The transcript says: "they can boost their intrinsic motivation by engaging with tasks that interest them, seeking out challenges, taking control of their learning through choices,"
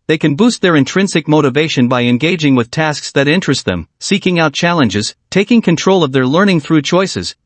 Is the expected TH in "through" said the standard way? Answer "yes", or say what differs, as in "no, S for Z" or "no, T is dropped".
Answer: yes